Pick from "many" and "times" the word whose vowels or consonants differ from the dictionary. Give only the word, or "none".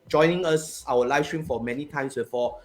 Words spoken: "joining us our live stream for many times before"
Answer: times